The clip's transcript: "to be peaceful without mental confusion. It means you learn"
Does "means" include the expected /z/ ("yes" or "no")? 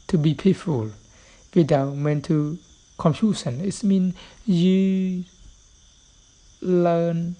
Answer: no